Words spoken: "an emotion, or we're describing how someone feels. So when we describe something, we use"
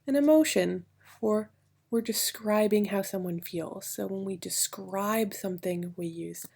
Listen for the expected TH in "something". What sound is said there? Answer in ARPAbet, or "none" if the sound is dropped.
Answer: TH